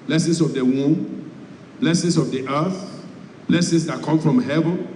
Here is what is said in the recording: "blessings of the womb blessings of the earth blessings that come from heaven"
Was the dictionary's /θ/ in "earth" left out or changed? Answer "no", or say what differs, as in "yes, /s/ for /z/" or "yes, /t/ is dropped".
no